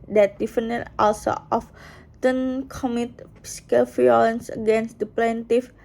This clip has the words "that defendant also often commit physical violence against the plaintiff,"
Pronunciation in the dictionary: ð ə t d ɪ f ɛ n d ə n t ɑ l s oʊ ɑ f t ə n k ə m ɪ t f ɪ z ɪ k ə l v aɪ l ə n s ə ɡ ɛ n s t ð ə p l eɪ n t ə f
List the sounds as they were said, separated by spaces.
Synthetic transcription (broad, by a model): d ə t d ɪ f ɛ n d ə t ɑ l s oʊ ɑ f t ə n k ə m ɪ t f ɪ s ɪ k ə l f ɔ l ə n s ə ɡ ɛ n s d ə p l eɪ n t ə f